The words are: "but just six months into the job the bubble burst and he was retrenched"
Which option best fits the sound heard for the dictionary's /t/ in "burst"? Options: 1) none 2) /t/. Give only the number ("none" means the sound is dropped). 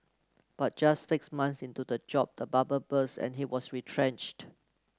1